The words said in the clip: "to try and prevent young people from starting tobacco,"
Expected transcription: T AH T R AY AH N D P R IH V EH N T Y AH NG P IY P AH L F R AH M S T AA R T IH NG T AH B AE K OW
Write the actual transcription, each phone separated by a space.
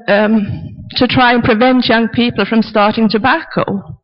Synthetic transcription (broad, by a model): T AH T R AY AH N P R IH V EH N T Y AH NG P IY P AH L F R AH M S T AA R T IH NG T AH B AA K OW